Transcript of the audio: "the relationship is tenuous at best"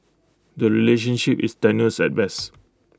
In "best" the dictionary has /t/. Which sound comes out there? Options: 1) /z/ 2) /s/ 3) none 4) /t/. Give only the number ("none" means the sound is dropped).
3